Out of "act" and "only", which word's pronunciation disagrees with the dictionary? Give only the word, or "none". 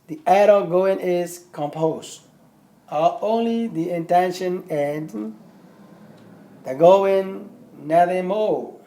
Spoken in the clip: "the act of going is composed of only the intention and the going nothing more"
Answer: act